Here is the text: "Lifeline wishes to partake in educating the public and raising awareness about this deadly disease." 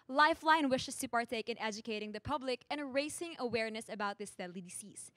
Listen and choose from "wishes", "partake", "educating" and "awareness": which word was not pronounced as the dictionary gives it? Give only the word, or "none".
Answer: wishes